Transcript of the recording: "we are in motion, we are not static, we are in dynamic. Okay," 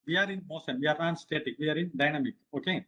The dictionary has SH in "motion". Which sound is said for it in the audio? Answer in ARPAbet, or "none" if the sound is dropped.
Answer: S